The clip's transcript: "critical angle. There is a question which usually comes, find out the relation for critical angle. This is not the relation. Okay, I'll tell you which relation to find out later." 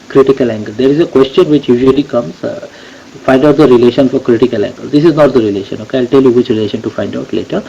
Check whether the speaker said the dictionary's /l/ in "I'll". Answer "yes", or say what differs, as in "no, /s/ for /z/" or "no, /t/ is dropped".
yes